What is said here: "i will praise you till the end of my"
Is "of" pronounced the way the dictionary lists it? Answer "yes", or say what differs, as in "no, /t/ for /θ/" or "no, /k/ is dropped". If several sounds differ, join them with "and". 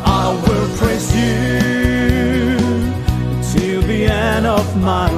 yes